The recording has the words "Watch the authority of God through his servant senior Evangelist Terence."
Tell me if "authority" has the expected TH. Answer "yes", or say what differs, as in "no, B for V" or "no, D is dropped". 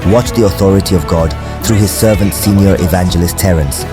yes